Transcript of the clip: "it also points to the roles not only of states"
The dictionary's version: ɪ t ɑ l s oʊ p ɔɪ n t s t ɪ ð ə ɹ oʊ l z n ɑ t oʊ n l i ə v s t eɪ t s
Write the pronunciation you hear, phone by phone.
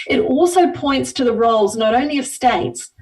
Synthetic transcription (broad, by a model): ɪ t ɑ l s oʊ p ɔɪ n t s t ɪ ð ə ɹ oʊ l z n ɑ t oʊ n l i ə v s t eɪ t s